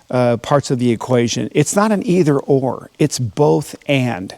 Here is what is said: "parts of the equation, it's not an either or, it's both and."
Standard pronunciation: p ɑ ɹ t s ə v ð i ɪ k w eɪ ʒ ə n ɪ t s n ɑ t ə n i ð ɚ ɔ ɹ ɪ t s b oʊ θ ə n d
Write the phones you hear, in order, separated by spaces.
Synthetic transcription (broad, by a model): p ɑ ɹ t s ə v ð i ɪ k w eɪ ʒ ə n ɪ t s n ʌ t ə n i ð ɚ ɔ ɹ ɪ t s b oʊ θ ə n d